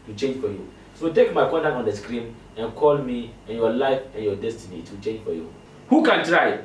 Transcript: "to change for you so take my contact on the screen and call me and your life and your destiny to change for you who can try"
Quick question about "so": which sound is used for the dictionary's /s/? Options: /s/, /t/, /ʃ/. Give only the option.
/s/